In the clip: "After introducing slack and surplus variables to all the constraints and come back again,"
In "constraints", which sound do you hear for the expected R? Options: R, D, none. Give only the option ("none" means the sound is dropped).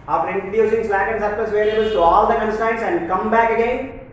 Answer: none